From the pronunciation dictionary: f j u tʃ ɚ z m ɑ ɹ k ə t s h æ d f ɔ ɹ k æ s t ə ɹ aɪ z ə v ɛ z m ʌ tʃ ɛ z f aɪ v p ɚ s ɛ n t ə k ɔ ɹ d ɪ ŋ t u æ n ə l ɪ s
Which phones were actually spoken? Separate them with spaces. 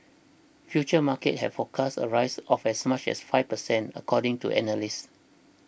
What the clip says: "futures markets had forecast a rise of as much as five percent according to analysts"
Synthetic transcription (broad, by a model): f j u tʃ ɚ m ɑ k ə t h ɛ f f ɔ k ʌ s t ə ɹ aɪ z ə f ɛ s m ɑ tʃ ɛ s f aɪ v p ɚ s ɛ n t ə k ɔ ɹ d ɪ ŋ t u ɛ n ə l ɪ s